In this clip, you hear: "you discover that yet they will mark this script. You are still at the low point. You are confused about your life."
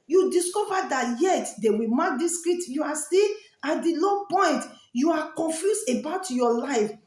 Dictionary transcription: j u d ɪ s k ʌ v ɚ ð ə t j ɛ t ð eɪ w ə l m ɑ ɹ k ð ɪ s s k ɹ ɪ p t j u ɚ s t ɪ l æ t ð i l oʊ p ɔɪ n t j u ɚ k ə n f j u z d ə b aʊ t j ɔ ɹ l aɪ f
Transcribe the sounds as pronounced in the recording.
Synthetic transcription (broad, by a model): j u d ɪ s k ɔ v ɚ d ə t j ɛ t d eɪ w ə m ɑ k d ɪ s s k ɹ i t j u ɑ s t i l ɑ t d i l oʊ p ɔɪ n t j u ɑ k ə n f j u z ə b aʊ t j ɔ l aɪ f